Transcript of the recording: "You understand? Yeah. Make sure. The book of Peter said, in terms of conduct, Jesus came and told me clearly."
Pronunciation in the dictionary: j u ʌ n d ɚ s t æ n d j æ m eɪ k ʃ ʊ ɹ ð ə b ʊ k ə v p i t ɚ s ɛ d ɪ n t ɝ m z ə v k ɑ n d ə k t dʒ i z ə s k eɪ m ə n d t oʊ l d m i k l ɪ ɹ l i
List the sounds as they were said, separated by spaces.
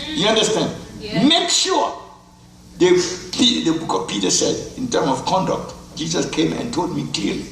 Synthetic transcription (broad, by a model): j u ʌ n d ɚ s t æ n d m eɪ k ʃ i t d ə b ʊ k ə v p i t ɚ s ɛ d ɪ n t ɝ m ə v k ɑ n d ə k t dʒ i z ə s k eɪ m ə n t oʊ l d m i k l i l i